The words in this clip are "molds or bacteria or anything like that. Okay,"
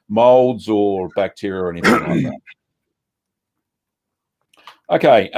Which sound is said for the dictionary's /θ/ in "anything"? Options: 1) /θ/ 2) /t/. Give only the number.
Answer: 1